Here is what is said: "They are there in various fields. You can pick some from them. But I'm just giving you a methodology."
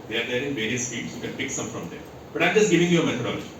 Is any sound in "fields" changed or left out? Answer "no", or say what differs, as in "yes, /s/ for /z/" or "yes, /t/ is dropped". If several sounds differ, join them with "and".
yes, /l/ is dropped